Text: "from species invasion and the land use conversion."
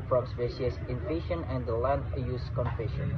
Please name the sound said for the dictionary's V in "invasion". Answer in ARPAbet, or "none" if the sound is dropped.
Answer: F